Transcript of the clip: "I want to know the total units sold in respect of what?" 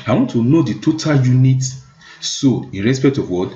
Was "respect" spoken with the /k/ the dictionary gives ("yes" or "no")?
yes